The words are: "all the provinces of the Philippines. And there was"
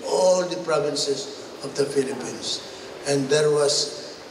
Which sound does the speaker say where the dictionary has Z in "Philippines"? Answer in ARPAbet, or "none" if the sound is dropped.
S